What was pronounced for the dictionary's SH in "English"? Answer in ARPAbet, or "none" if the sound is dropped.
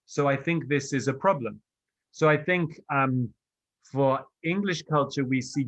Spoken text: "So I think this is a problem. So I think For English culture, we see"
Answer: SH